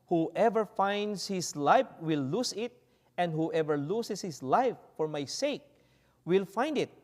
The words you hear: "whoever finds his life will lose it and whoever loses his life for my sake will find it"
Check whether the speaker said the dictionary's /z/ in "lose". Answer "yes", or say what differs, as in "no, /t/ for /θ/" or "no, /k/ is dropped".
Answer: no, /s/ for /z/